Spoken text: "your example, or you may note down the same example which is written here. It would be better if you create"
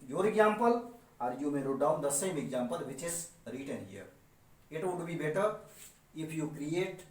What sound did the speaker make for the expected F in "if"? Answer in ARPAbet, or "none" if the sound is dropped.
P